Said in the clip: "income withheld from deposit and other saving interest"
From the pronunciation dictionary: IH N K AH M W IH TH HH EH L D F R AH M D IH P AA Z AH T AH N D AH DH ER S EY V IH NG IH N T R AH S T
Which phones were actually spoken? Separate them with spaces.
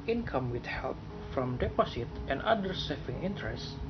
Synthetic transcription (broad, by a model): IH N K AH M W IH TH HH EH L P F R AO M D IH P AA S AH T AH N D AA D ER S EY F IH NG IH N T R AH S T